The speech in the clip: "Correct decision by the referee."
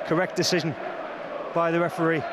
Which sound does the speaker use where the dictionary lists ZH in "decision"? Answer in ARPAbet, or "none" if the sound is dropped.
ZH